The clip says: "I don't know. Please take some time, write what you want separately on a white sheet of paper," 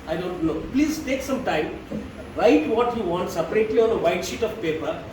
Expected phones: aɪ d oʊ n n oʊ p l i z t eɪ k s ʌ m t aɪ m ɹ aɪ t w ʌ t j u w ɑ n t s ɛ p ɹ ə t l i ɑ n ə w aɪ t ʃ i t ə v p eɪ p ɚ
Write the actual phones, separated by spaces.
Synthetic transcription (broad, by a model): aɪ d oʊ n l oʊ p l i z t eɪ k s ʌ m t aɪ m ɹ aɪ t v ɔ t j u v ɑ n t s ɛ p ɹ ə t l i ɑ n ə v aɪ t ʃ i t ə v p eɪ p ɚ